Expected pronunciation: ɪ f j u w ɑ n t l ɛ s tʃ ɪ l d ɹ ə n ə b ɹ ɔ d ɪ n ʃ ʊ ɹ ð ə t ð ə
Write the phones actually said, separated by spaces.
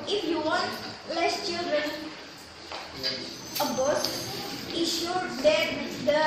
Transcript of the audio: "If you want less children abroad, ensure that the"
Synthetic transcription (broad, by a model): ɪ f j u w ɑ n t l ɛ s tʃ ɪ l d ɹ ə n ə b ɔ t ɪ ʃ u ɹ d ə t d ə